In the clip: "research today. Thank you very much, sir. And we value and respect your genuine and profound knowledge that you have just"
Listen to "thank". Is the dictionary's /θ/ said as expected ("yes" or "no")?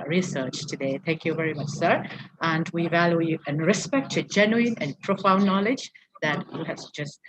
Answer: yes